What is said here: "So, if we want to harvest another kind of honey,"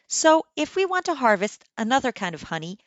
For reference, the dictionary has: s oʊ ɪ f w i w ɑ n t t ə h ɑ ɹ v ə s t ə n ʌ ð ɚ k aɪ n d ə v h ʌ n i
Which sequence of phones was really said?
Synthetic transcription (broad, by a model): s oʊ ɪ f w i w ɑ n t t ə h ɑ ɹ v ə s t ə n ʌ ð ɚ k aɪ n d ə v h ʌ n i